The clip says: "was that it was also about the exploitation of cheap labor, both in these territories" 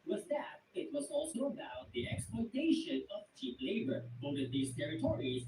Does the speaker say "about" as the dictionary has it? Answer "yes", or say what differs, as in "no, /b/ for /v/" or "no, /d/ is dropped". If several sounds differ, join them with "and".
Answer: yes